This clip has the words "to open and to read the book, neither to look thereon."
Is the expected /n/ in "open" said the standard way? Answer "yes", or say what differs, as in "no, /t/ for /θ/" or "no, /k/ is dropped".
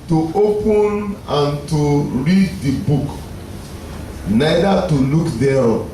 yes